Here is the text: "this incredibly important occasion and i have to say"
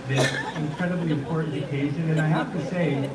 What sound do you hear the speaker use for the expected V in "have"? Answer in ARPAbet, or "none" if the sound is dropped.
F